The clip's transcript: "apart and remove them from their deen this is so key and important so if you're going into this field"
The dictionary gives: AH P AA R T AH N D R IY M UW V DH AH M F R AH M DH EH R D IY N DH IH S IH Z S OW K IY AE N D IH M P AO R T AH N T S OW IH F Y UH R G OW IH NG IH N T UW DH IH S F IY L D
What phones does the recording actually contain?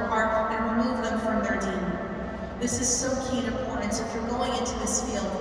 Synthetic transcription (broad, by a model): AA R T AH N R IY M UW V DH AH M F R AH M DH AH R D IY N DH IH S IH Z S OW K IY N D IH P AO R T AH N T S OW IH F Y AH R G OW IH NG IH N T UW DH IH S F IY L